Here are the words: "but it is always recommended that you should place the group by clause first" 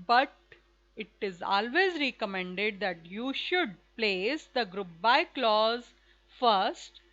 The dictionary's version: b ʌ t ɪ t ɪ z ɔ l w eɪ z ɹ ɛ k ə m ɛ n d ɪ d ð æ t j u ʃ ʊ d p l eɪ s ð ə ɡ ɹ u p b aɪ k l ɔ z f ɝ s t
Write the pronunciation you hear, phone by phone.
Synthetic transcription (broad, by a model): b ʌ t ɪ t ɪ z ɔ l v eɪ z ɹ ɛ k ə m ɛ n d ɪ d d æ t j u ʃ ʊ d p l eɪ s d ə ɡ ɹ u p b aɪ k l ɔ z f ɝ s t